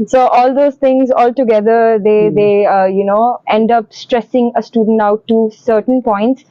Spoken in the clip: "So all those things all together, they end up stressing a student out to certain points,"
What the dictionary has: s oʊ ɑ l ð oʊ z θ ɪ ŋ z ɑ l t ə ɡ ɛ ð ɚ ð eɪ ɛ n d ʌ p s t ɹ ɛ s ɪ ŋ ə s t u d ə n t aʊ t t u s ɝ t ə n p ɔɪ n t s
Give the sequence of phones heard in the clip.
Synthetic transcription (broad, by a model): s oʊ ɑ l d oʊ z t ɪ ŋ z ɑ l t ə ɡ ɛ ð ɚ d eɪ ɛ n d ʌ p s t ɹ ɛ s ɪ ŋ ə s t u d ə n t aʊ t t u s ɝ t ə n p ɔɪ n t s